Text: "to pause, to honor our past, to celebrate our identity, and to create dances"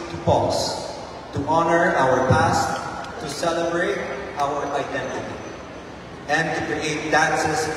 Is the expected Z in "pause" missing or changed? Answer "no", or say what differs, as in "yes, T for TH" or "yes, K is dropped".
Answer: yes, S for Z